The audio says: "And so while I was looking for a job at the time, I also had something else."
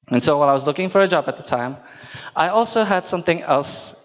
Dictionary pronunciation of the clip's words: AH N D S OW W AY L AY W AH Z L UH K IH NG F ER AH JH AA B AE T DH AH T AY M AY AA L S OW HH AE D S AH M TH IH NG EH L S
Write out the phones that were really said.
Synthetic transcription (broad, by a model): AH N S OW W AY N AY W AH Z L UH K IH NG F ER AH JH AA B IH T DH AH T AY M AY AA L S OW HH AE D S AH M TH IH NG EH L S